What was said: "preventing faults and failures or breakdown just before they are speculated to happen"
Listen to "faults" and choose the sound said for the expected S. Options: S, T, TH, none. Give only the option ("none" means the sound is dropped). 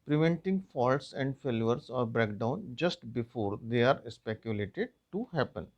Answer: S